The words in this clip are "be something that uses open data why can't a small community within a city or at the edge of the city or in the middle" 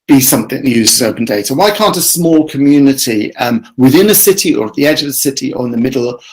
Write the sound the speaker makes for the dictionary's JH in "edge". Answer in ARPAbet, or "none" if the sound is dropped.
JH